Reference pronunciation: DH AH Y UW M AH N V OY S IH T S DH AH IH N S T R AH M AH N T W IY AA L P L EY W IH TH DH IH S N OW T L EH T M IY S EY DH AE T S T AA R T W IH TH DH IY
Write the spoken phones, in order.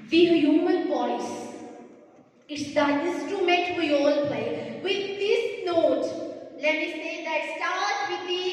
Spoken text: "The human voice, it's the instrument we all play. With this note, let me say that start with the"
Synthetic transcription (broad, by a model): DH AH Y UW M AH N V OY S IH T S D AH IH S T AH M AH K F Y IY AA L P L EY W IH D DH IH S N OW T L EH T M IY S EY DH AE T S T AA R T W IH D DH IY